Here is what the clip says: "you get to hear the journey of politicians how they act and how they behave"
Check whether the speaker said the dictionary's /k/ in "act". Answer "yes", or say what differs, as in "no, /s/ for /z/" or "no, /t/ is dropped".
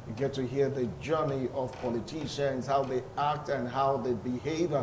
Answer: yes